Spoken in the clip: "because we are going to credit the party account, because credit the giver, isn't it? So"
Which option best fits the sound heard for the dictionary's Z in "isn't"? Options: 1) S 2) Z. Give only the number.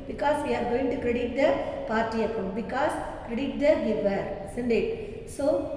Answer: 1